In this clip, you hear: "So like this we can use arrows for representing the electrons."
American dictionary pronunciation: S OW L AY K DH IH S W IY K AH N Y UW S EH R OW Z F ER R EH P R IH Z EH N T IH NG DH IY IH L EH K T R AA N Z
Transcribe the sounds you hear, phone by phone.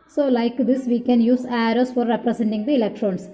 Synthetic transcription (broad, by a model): S OW L AY K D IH S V IY K AH N Y UW S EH R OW S F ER R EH P R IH S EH N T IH NG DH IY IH L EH K T R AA N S